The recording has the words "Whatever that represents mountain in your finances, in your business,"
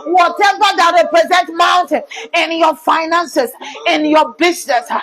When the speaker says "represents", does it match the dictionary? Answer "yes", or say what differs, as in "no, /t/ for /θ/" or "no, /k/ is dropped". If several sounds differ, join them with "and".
no, /s/ is dropped